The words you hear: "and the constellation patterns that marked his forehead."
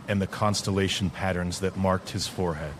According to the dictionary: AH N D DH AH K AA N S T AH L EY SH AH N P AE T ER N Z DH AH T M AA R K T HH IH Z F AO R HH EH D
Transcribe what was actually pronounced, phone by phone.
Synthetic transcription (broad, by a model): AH N DH AH K AA N S T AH L EY SH N P AE T ER N Z DH AH T M AA R K T HH IH Z F AO R HH EH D